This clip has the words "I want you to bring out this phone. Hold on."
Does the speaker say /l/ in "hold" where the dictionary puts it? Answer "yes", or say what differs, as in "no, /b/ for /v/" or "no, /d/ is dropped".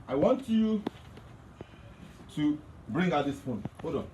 no, /l/ is dropped